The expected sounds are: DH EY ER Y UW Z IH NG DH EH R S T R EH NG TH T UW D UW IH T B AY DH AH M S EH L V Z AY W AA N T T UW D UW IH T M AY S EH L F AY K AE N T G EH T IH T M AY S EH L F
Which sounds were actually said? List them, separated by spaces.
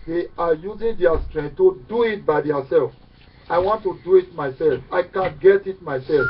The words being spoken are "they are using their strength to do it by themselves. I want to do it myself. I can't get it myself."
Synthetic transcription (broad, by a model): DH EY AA Y UW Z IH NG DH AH S T R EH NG T UW D UW IH T B AY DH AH S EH L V AY W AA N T T UW D UW IH T M AY S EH L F AY K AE N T G EH T IH T M AY S EH L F